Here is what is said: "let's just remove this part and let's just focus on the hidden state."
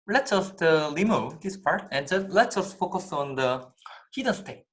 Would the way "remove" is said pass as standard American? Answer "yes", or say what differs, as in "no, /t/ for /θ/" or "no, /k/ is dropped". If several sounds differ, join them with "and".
no, /l/ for /ɹ/